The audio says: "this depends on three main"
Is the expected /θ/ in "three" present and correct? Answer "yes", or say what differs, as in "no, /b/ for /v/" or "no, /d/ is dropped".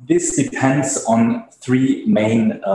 yes